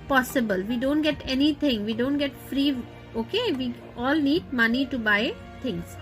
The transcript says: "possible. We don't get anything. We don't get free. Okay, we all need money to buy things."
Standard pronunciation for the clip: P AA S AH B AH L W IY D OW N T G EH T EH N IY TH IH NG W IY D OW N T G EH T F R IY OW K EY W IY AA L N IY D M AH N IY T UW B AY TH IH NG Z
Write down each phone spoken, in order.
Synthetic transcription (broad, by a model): P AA S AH B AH L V IY D OW N T G EH T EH N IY T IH NG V IY D OW N T G EH T F R IY OW K EY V IY AA L N IY D M AH N IY T UW B AY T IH NG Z